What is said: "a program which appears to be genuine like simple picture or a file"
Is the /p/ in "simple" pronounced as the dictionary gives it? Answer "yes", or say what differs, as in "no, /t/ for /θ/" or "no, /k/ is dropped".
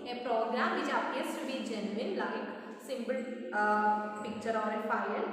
no, /b/ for /p/